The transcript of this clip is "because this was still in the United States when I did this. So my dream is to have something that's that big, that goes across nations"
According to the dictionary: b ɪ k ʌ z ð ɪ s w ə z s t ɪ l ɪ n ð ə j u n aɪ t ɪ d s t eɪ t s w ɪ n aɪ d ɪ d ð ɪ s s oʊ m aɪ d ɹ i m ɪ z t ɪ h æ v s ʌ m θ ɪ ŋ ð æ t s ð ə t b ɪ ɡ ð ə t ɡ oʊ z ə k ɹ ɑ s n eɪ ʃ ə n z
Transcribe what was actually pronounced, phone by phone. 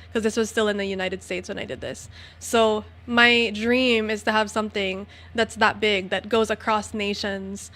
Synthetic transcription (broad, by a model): k ʌ z ð ɪ s w ə z s t ɪ l ɪ n ð ə j u n aɪ t ɪ d s t eɪ t s w ɪ n aɪ d ɪ d ð ɪ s s oʊ m aɪ d ɹ i m ɪ z t ɪ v s ʌ m θ ɪ ŋ ð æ t s ð ə t b ɪ ɡ ð ə t ɡ oʊ z ə k ɹ ɑ s n eɪ ʃ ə n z